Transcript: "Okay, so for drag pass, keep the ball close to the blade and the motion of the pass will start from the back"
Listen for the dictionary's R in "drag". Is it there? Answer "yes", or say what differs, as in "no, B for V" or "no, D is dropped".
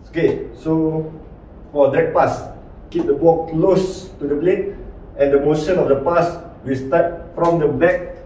no, R is dropped